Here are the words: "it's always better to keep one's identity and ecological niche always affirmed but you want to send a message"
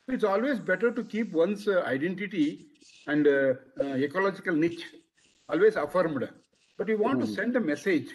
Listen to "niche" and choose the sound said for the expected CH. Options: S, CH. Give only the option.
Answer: CH